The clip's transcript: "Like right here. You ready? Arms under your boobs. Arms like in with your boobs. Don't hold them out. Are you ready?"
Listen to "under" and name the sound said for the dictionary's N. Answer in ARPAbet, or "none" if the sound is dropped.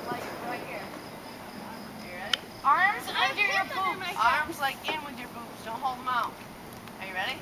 none